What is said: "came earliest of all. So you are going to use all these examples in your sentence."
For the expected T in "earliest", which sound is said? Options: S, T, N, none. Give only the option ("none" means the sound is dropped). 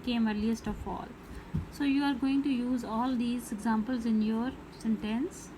T